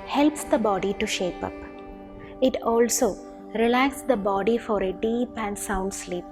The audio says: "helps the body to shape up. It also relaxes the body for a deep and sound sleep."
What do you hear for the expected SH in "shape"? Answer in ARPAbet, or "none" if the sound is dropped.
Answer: SH